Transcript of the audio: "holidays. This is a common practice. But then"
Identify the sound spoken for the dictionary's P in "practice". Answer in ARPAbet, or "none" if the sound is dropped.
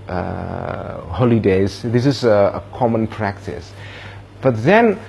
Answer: P